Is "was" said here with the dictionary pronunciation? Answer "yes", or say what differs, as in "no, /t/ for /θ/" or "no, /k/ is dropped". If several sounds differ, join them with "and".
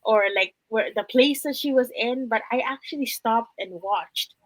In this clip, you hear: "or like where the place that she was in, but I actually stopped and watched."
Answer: yes